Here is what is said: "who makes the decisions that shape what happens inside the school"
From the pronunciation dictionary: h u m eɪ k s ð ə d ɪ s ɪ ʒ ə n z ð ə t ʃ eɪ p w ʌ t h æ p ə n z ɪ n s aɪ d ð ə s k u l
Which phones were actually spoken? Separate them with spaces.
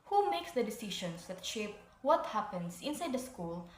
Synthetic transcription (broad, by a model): h u m eɪ k s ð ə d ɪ s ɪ ʃ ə n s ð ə t ʃ eɪ p w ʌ t h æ p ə n s ɪ n s aɪ d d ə s k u l